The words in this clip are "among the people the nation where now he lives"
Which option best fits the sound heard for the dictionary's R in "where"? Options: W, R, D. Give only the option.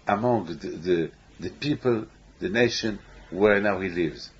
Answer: R